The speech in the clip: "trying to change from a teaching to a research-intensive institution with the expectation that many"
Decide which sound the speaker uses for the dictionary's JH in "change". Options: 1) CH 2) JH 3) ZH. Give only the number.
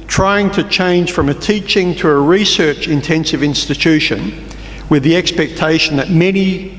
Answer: 3